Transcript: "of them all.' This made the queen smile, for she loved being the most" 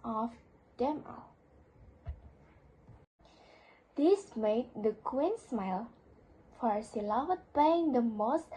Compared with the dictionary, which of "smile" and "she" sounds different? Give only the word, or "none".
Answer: she